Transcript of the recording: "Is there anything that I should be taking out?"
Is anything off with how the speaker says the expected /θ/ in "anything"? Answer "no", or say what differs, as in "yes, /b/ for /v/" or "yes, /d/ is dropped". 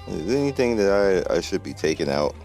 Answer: no